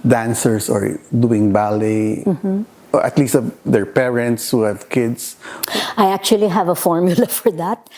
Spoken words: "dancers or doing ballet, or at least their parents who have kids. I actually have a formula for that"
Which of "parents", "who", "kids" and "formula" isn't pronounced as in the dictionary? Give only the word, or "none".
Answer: kids